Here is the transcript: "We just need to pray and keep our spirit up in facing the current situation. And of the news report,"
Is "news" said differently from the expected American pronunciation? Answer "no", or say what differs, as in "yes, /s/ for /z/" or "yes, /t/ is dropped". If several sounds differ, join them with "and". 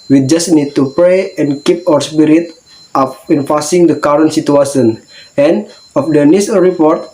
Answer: yes, /s/ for /z/